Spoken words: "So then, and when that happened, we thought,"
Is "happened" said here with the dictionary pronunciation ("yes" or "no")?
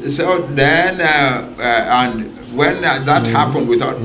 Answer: yes